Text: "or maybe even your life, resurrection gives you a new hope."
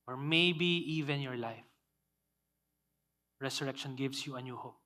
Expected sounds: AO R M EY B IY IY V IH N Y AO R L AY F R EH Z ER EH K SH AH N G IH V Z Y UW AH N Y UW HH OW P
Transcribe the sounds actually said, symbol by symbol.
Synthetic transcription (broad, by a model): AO R M EY B IY IY V IH N Y AO R L AY F R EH S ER EH K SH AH N G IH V S Y UW AH N Y UW HH OW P